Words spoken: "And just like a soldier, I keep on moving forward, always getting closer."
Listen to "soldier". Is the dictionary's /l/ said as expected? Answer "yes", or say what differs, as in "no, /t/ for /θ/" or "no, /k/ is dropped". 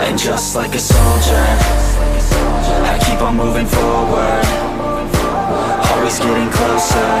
yes